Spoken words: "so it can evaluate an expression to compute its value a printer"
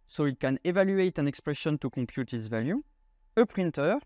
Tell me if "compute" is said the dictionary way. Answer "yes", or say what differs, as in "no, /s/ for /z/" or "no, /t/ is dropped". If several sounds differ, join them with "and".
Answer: no, /m/ is dropped